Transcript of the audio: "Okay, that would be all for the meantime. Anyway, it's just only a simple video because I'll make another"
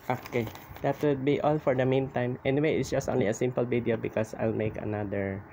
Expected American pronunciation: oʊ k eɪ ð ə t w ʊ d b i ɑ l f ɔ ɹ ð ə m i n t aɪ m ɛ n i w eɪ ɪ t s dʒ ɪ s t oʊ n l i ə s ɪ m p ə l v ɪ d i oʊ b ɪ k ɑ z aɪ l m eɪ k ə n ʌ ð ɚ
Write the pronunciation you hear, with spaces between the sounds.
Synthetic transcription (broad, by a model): oʊ k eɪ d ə t w ʊ d b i ɑ l f ɔ ɹ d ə m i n t aɪ m ɛ n i w eɪ ɪ t s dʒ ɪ s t oʊ n l i ə s ɪ m p ə l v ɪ d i oʊ b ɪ k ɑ s aɪ l m eɪ k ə n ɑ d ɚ